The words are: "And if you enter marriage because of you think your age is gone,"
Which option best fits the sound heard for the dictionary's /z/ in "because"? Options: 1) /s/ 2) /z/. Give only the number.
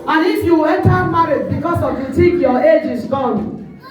1